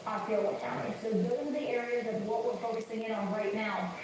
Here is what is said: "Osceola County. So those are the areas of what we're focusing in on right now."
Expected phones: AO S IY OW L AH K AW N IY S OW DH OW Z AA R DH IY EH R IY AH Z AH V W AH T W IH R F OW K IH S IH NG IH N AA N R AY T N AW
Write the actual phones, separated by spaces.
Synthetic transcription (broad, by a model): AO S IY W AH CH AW IY S OW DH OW IH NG DH IY EH R IY AH Z AH V W AH T W IH R F OW K IH S IH NG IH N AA N R AY T N AW